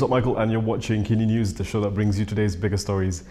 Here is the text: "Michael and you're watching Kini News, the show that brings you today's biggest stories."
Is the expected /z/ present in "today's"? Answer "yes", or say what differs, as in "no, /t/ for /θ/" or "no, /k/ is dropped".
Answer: yes